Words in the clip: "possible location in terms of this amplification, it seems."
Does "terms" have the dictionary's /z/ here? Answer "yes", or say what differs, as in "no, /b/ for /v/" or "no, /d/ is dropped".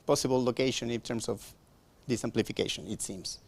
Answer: no, /s/ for /z/